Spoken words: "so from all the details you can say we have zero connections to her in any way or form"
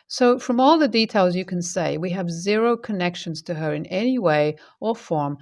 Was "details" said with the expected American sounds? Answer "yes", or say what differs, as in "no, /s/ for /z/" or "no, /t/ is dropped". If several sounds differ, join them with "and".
yes